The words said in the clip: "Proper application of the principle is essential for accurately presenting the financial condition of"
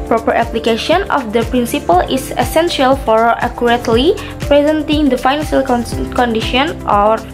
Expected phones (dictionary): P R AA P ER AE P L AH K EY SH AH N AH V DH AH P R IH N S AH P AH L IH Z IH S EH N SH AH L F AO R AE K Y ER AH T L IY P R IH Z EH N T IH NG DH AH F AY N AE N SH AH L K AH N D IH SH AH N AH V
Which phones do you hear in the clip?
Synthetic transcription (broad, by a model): P R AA P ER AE P L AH K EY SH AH N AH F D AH P R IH N S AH P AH L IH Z IH S EH N SH AH L F AO R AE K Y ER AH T L IY P R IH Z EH N T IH NG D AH F AY N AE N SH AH L K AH N D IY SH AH N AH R